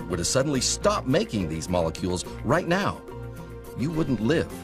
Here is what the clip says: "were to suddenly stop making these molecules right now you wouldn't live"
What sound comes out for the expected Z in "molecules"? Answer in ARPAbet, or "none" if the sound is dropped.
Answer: Z